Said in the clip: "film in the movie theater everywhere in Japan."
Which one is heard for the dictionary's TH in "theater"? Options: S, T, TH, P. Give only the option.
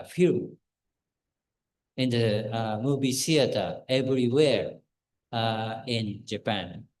S